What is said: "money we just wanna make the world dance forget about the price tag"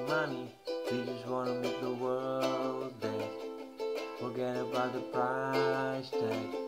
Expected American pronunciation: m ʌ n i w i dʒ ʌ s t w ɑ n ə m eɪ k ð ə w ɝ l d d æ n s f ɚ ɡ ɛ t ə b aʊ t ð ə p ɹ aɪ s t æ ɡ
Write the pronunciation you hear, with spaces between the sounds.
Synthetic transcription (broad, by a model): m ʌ n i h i dʒ ʌ s t w ɑ n ə m eɪ k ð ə w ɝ l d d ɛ s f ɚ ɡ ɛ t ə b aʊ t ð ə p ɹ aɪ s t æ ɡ